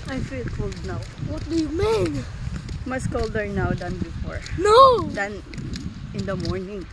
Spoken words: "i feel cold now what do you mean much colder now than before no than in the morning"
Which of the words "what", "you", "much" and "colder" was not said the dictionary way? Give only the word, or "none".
much